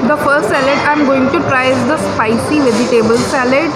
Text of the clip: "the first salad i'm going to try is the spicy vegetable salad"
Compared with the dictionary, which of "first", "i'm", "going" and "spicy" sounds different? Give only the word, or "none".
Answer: none